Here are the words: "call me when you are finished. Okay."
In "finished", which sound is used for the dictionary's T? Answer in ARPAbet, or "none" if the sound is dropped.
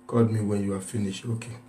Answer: none